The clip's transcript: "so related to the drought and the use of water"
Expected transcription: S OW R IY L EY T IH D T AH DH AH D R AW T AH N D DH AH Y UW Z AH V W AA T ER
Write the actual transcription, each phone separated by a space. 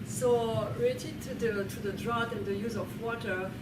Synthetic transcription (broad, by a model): S OW R IY L EY T IH D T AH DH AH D R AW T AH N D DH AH Y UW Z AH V W AA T ER